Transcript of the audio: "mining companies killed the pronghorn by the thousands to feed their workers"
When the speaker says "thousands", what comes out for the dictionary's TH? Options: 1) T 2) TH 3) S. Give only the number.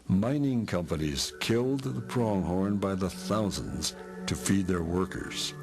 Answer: 2